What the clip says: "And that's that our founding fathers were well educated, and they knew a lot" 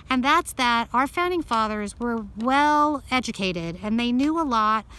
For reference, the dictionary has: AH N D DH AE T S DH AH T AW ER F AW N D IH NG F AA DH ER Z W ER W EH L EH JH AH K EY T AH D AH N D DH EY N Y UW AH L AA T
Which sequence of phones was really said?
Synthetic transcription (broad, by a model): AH N DH AE T S DH AH T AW ER F AW N D IH NG F AA DH ER Z W ER W EH L EH JH AH K EY T AH D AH N DH EY N Y UW AH L AA T